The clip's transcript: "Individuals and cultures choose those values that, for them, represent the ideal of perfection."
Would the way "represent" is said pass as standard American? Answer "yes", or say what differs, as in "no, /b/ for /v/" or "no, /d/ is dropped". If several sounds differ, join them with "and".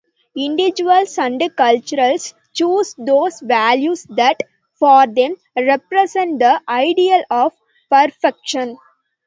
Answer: no, /s/ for /z/